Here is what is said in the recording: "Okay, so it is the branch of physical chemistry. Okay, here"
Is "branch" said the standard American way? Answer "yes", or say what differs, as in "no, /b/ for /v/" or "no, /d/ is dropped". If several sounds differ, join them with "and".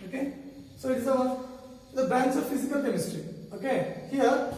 no, /ɹ/ is dropped and /s/ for /tʃ/